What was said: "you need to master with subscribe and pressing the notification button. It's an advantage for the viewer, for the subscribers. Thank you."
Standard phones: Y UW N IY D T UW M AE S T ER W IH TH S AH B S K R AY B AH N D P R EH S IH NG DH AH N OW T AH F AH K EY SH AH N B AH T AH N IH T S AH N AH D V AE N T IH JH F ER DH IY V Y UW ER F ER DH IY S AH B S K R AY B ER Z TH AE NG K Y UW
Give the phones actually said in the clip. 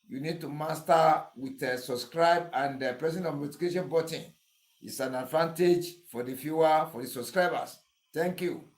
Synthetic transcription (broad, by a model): Y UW N IY D T UW M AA S T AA W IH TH S AH B S K R AY B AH N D P R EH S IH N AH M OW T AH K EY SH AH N B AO T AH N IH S AH N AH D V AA N T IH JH F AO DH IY F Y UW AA F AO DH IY S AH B S K R AY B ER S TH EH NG K Y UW